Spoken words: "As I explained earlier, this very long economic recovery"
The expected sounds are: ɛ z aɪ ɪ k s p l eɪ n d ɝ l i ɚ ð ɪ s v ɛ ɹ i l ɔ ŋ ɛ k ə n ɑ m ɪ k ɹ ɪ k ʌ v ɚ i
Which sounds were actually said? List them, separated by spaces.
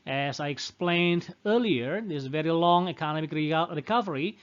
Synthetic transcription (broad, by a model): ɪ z aɪ ɪ k s p l eɪ n d ɝ l i ɚ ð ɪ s v ɛ ɹ i l ɔ ŋ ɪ k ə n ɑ m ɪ k ɹ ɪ k ʌ v ɚ i